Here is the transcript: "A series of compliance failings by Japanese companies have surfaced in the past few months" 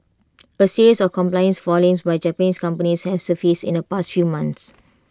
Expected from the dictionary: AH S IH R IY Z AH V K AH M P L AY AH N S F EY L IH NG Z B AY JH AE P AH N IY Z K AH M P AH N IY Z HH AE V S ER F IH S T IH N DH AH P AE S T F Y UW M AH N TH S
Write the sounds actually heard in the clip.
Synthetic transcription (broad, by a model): AH S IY R IY S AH F K AH M P L AY AH N S F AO L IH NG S B AY JH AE P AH N IY S K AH M P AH N IY S HH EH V S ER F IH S IH N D AH P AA S T F Y UW M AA N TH S